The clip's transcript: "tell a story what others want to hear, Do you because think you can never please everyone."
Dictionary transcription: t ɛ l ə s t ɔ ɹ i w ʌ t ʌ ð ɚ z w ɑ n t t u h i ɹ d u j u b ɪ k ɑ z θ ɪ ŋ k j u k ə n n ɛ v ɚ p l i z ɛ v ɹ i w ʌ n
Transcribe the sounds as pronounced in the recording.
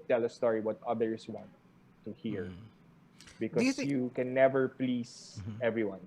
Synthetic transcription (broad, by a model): t ɛ l ə s t ɔ ɹ i w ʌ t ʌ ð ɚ s w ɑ n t t u h i ɹ b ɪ k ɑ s j u k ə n n ɛ v ɚ p l i s ɛ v ɹ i w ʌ n